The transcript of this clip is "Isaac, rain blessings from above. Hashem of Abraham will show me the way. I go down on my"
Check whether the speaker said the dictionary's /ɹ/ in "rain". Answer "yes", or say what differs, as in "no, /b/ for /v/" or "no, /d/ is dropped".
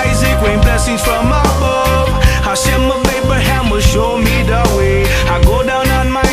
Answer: no, /w/ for /ɹ/